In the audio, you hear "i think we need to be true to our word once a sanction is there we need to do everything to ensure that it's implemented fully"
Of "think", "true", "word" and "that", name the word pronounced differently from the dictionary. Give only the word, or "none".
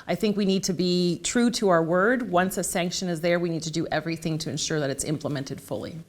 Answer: none